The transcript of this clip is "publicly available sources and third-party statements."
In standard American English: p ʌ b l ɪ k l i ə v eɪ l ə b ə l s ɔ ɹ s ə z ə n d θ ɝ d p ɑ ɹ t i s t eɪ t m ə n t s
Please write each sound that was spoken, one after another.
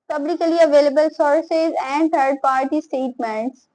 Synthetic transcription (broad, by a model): p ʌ b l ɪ k l i ə v eɪ l ə b ə l s ɔ ɹ s ə z ə n d t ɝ d p ɑ ɹ t i s t eɪ t m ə n t s